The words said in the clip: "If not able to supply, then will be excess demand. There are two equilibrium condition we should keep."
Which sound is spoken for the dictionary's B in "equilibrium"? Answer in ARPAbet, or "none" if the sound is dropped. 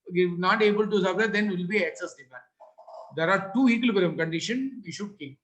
none